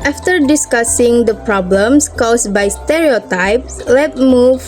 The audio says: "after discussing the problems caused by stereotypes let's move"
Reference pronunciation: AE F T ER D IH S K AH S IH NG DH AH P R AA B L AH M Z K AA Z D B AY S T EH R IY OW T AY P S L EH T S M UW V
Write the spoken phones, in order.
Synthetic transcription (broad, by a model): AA F T ER D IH S K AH S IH NG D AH P R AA B L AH M S K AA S B AY S T EH R IY OW T AY P S L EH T M UW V